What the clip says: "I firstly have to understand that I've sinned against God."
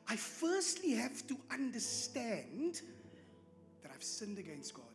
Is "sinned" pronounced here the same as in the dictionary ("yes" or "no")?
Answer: yes